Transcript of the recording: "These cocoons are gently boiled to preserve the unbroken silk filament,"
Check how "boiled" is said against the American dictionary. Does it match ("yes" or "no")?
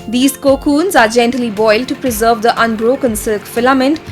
yes